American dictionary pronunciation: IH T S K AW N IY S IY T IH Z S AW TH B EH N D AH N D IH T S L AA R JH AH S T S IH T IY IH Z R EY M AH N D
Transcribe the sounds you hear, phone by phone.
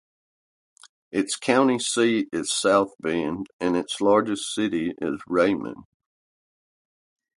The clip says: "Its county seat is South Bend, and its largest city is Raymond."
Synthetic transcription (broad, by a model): IH T S K AW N IY S IY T IH Z S AW TH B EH N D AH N IH T S L AA R JH AH S T S IH T IY IH Z R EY M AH N